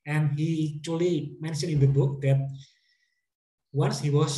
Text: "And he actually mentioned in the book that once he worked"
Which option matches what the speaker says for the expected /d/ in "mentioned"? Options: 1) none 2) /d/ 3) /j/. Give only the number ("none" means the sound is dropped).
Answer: 1